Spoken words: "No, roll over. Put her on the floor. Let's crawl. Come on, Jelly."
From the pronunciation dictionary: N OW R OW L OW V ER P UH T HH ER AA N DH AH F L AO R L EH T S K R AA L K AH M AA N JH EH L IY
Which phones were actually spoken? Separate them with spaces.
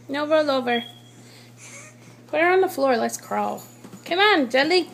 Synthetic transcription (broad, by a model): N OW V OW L OW V ER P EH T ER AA N DH AH F L AO R L EH T S K R AA L K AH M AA N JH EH L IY